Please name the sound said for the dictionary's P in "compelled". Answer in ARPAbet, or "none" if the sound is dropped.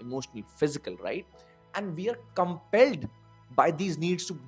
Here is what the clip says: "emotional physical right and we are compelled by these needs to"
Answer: P